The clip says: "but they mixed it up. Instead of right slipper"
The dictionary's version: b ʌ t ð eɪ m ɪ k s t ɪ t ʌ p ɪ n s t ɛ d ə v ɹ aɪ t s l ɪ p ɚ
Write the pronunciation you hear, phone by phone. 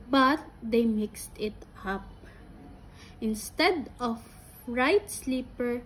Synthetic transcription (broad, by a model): b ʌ t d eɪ m ɪ k s t ɪ t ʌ p ɪ n s t ɛ d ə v ɹ aɪ t s l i p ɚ